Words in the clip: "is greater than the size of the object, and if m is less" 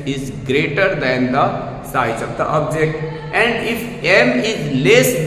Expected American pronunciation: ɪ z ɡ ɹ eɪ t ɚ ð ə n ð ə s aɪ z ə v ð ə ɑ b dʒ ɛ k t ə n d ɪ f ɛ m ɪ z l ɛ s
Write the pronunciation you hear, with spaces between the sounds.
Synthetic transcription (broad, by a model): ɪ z ɡ ɹ eɪ t ɚ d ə n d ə s aɪ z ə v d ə ɑ b dʒ ɛ k t ə n d ɪ f ɛ m ɪ z l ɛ s